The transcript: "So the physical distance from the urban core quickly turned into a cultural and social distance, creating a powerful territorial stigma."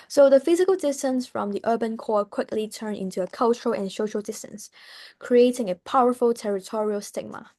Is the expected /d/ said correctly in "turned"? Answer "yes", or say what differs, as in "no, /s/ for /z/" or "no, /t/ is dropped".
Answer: no, /d/ is dropped